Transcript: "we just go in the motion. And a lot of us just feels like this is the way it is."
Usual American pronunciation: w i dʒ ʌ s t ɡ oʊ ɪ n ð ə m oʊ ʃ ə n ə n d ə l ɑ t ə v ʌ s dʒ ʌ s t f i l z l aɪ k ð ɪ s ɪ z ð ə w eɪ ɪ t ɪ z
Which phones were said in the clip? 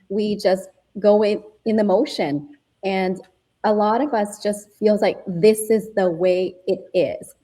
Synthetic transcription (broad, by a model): w i dʒ ʌ s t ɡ oʊ ɪ n ð ə m oʊ ʃ ə n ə n ə l ɑ t ə v ʌ s dʒ ʌ s t f i l z l aɪ k ð ɪ s ɪ z ð ə w eɪ ɪ t ɪ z